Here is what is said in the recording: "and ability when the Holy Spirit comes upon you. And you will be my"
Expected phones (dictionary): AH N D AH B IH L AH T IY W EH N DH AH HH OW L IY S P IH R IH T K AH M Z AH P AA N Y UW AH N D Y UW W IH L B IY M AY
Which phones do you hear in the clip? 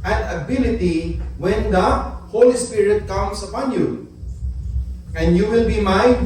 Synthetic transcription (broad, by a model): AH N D AH B IH L AH T IY W EH N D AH HH OW L IY S P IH R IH T K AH M S AH P AA N Y UW AH N D Y UW W IH L B IY M AY